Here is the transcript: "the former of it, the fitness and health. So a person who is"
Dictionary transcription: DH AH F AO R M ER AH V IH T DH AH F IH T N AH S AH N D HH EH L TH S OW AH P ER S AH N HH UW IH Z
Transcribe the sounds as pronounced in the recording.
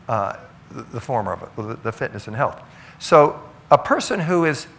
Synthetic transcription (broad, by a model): DH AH F AO R M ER AH V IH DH DH AH F IH T N AH S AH N HH EH L TH S OW AH P ER S AH N HH UW IH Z